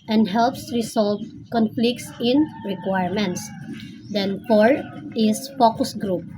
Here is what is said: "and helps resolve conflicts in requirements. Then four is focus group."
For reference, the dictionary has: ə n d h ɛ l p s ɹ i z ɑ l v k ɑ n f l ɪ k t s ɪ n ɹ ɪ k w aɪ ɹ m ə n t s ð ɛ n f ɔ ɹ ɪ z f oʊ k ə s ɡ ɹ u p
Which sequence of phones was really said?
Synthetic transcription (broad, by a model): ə n d h ɛ l p s ɹ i s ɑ l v k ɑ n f l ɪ k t s ɪ n ɹ ɪ k w aɪ ɹ m ə n t s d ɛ n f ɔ ɹ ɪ s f oʊ k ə s ɡ ɹ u p